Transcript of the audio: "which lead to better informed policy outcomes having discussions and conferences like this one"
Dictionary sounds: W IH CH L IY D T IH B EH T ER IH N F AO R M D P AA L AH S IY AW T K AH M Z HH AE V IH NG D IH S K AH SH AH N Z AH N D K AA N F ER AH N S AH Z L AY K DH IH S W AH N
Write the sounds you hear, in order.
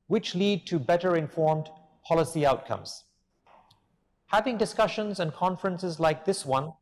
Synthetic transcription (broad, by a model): W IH CH L IY D T IH B EH T ER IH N F AO R M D P AA L AH S IY AW T K AH M Z HH AE V IH NG D IH S K AH SH AH N Z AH N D K AA N F ER AH N S AH Z L AY K DH IH S W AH N